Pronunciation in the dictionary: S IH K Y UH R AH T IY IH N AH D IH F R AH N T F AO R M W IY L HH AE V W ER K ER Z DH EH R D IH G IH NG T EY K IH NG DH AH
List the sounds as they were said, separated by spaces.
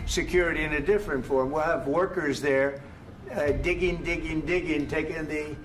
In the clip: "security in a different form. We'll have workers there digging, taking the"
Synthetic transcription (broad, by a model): S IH K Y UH R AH T IY IH N AH D IH F R AH N T F AO R M W IY L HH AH V W ER K ER Z DH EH R D IH G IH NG T EY K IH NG DH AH